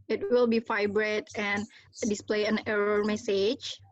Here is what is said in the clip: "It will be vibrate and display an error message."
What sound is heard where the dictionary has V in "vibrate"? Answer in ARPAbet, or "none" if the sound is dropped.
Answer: F